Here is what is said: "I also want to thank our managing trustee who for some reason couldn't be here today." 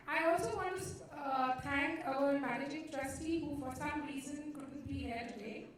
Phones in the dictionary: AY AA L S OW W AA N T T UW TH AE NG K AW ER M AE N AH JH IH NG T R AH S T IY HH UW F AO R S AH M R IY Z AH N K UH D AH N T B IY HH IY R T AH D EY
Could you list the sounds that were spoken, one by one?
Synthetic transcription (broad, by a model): AY AA L S OW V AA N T T UW T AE NG K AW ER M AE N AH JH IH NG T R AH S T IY HH UW F AO R S AH M R IY Z AH N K UH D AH N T B IY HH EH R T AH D EY